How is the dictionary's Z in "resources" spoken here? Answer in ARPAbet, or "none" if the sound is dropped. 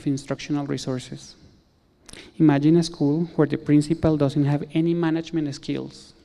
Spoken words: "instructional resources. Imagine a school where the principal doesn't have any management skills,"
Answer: S